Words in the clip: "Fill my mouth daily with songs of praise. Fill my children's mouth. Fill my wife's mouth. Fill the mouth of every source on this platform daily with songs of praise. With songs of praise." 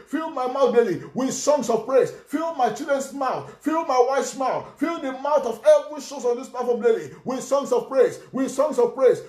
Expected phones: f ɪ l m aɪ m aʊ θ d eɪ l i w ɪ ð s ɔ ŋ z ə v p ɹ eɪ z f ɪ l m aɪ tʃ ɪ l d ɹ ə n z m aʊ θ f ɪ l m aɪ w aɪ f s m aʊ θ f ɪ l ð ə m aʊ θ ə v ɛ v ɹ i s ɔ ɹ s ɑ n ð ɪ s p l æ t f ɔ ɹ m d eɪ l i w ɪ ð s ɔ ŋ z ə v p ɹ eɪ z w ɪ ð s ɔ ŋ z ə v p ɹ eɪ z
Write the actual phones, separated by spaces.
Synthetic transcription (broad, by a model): f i l m aɪ m aʊ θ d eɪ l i w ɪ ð s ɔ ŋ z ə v p ɹ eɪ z f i l m aɪ tʃ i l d ɹ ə n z m aʊ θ f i l m aɪ w aɪ f s m aʊ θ f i l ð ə m aʊ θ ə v ɛ v ɹ i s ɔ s ɑ n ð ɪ s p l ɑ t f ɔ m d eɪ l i w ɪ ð s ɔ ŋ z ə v p ɹ eɪ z w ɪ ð s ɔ ŋ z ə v p ɹ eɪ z